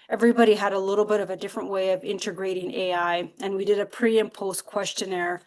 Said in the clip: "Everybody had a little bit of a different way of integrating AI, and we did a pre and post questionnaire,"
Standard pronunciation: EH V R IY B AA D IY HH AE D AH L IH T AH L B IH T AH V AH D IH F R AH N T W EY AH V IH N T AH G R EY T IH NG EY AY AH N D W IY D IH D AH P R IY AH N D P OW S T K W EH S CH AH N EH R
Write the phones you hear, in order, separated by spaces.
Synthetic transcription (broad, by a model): EH V R IY B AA D IY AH D AH L IH T L B IH T AH V AH D IH F R AH N T W EY AH V IH N T AH G R EY T IH NG EY AY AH N W IY D IH D AH P R IY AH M P OW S K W EH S CH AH N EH R